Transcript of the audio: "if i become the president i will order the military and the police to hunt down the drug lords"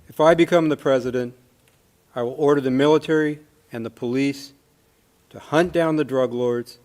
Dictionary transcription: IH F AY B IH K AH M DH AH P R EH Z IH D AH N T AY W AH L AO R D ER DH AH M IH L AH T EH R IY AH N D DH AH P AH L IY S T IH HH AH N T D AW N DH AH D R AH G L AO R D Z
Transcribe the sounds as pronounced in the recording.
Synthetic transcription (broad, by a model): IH F AY B IH K AH M DH AH P R EH Z IH D AH N T AY W AH L AO R D ER DH AH M IH L AH T EH R IY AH N DH AH P AH L IY S T IH HH AH N D AW N DH AH D R AH G L AO R D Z